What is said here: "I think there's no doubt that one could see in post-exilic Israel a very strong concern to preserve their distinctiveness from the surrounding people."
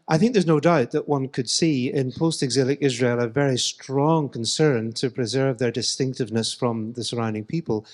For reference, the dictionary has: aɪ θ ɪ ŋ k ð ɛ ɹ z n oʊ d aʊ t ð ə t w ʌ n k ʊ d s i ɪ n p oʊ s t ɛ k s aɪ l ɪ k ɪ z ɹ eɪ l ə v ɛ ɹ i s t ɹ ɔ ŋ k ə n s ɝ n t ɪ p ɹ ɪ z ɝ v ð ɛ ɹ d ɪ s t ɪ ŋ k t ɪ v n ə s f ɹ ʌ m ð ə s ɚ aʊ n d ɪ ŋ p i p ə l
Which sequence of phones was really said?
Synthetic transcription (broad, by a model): aɪ θ ɪ ŋ k ð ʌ ɹ z n oʊ d aʊ t ð ə t w ʌ n k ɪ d s i ɪ n p oʊ s t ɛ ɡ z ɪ l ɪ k ɪ z ɹ eɪ l ə v ɛ ɹ i s t ɹ ɔ ŋ k ə n s ɝ n t ɪ p ɹ ɪ z ɝ v ð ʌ ɹ d ɪ s t ɪ ŋ k t ɪ v n ə s f ɹ ʌ m ð ə s ɚ aʊ n d ɪ ŋ p i p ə l